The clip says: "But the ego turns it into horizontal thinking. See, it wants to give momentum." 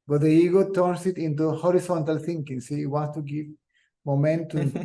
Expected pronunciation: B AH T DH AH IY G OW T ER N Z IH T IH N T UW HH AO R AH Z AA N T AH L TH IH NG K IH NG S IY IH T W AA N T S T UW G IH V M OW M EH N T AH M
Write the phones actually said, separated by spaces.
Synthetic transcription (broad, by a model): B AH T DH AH IY G OW T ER N S IH T IH N T UW HH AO R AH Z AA N T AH L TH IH NG K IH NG S IY IH T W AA N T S T UW G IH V M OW M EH N T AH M